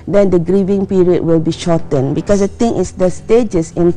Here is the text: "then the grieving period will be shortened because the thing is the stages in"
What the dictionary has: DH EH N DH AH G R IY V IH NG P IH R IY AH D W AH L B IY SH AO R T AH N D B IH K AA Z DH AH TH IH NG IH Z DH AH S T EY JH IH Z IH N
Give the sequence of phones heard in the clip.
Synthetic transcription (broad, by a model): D EH N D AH G R IY V IH NG P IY R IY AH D W AH L B IY SH AO T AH N B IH K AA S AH T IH NG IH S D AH S T EY JH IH S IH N